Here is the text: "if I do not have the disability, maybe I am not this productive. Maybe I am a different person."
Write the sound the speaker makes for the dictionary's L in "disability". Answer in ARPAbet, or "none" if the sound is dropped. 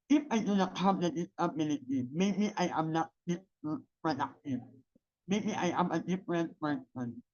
N